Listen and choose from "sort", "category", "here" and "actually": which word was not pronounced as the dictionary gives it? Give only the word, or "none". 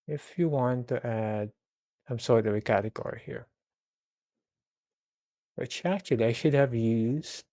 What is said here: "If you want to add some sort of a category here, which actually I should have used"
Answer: actually